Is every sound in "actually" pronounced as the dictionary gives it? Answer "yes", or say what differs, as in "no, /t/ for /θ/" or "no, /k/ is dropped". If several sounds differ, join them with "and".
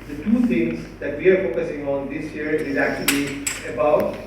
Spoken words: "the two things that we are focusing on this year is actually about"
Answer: yes